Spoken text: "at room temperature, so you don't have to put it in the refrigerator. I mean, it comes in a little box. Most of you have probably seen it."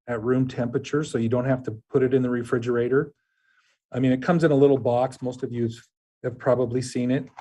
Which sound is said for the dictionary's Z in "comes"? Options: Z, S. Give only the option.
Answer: Z